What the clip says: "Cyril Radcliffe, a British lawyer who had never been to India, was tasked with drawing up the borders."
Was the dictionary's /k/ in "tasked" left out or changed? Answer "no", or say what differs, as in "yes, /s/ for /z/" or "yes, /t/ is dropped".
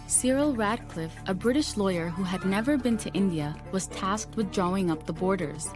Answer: no